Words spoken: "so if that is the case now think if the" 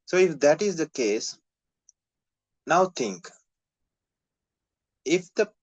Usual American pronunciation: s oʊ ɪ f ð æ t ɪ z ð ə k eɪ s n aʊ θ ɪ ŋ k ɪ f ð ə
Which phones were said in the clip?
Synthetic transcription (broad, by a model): s oʊ ɪ f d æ t ɪ z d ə k eɪ s n aʊ t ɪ ŋ k ɪ f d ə